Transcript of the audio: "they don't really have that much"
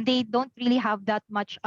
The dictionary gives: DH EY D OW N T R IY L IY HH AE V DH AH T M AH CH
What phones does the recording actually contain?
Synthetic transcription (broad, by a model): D EY D OW N T R IY L IY HH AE V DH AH T M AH CH